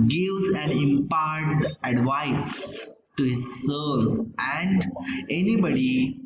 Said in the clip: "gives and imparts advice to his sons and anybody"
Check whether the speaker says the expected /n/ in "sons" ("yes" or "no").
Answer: no